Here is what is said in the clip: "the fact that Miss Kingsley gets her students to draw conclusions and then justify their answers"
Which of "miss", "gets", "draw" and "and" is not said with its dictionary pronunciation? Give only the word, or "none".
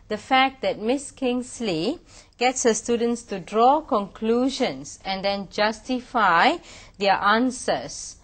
none